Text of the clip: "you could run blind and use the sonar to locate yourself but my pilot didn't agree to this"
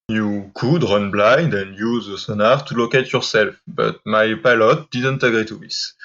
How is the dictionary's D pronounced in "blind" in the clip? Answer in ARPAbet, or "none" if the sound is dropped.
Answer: D